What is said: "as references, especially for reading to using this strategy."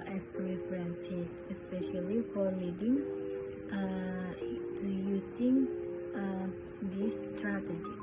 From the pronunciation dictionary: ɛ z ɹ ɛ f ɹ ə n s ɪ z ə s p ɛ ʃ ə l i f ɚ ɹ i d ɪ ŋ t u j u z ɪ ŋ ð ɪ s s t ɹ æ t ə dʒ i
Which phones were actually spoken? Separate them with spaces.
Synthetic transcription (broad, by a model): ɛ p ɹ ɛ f ɹ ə n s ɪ s ə s p ɛ ʃ ə l i f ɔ l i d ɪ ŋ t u j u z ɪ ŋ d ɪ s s t ɹ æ t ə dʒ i